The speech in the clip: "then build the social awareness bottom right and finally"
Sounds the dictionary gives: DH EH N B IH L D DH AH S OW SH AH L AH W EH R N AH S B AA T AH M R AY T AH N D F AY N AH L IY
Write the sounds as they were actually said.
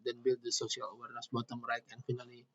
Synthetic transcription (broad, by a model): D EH N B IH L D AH S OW S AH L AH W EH R N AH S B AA T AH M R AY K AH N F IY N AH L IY